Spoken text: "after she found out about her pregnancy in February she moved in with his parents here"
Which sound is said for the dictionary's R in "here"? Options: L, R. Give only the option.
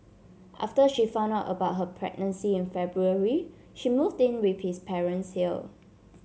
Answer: L